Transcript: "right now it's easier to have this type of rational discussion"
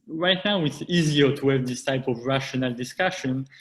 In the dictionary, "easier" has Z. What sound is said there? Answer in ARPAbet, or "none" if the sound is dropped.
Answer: Z